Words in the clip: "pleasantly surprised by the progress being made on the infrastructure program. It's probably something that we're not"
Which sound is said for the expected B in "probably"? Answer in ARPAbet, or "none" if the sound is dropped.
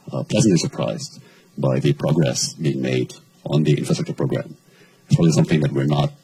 none